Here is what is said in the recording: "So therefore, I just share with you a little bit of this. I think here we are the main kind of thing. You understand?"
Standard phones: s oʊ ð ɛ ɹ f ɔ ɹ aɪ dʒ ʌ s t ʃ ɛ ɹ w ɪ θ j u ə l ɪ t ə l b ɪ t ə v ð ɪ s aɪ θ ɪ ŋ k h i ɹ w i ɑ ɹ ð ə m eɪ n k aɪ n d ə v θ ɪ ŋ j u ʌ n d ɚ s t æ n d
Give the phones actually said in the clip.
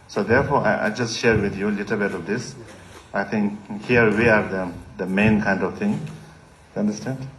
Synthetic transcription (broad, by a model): s oʊ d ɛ ɹ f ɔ ɹ aɪ dʒ ʌ s t ʃ ɛ ɹ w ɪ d j u l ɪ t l b ɪ t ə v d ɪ s aɪ t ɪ ŋ k h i ɹ w i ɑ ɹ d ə m eɪ n k aɪ n d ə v t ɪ ŋ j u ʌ n d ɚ s t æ n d